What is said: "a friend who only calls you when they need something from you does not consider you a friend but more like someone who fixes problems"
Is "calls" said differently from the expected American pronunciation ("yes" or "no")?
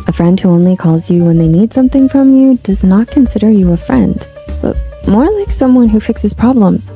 no